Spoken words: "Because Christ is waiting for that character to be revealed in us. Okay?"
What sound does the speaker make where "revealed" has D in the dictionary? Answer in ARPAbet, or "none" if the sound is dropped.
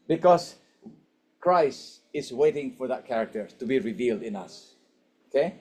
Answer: D